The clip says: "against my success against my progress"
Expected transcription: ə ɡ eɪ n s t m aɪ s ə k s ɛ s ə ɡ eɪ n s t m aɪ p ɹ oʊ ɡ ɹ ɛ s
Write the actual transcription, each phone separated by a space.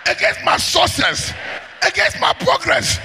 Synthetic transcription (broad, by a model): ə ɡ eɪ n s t m aɪ s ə s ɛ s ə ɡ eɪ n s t m aɪ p ɹ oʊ ɡ ɹ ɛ s